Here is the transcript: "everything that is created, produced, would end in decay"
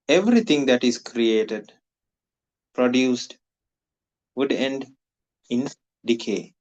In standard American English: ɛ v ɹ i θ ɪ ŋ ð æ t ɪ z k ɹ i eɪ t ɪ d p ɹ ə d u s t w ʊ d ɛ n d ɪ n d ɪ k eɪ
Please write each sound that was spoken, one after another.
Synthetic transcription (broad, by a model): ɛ v ɹ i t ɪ ŋ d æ t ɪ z k ɹ i eɪ t ɪ d p ɹ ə d u s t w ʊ d ɛ n d ɪ n d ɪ k eɪ